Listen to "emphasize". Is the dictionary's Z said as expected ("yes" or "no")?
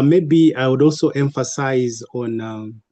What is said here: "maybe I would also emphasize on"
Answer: yes